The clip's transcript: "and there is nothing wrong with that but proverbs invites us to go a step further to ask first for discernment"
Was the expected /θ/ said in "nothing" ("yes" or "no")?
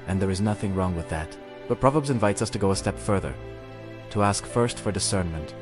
yes